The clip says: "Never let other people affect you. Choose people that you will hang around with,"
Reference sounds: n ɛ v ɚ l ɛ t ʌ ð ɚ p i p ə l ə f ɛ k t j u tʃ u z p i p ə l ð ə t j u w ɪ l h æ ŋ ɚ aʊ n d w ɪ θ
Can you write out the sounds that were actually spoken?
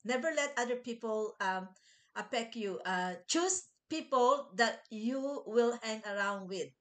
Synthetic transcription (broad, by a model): n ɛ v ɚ l ɛ t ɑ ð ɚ p i p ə l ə p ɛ k j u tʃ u s p i p ə l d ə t j u w ɪ l h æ ŋ ɚ aʊ n d w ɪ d